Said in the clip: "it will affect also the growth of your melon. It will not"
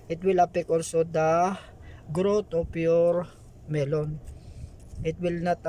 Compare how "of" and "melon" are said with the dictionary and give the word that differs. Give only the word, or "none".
of